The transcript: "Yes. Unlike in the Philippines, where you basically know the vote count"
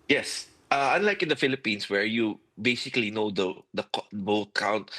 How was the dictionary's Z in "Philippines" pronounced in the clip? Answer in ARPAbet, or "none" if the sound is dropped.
S